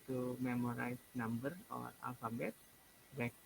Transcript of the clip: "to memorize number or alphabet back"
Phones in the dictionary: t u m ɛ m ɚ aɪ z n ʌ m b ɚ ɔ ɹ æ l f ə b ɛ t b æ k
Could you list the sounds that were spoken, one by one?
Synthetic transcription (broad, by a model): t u m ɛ m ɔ aɪ s n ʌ m b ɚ ɔ ɹ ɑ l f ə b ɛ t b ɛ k